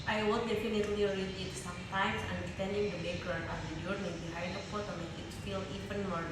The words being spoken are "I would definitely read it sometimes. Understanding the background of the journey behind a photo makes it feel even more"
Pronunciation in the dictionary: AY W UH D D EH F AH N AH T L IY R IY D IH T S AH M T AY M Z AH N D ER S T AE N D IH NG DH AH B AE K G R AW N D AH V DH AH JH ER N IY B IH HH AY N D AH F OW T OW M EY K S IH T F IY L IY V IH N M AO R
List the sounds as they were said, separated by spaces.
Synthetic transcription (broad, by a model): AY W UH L D EH F AH N AH T L IY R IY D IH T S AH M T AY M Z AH N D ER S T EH N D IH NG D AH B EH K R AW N AH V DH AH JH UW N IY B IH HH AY D AH P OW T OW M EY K IH T F IY L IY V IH N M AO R